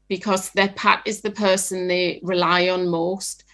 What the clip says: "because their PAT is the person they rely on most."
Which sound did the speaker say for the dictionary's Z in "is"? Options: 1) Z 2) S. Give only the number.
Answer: 1